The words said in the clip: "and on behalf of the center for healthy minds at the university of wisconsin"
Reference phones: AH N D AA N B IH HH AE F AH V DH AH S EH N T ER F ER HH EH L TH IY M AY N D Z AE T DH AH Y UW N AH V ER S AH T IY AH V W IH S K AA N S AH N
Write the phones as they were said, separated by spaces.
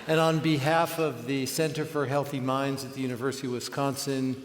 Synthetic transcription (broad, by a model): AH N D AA N B IH HH AE F AH V DH AH S EH N T ER F ER HH EH L TH IY M AY N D Z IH T DH AH Y UW N AH V ER S AH T IY W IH S K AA N S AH N